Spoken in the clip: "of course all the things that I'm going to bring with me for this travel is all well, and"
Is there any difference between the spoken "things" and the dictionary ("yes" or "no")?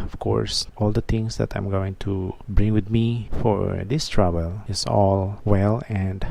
yes